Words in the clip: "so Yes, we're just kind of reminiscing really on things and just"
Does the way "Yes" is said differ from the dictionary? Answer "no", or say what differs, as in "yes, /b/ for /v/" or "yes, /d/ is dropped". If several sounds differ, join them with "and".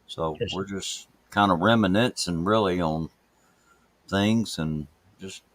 yes, /s/ is dropped